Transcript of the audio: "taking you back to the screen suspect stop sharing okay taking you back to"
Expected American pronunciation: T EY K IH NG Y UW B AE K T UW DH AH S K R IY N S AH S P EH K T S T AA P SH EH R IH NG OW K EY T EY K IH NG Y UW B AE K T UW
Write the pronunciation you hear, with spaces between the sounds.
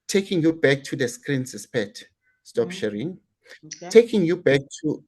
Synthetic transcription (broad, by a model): T EY K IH NG Y UW B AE K T UW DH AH S K R IY N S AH S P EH T S T AA P SH EH R IH NG T EY K IH NG Y UW B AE K T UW